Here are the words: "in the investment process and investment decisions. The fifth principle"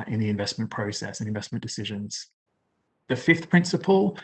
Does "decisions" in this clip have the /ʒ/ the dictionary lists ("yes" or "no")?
yes